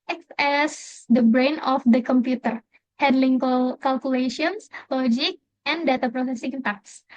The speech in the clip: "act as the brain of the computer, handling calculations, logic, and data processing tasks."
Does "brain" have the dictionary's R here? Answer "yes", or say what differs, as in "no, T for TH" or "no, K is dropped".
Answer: yes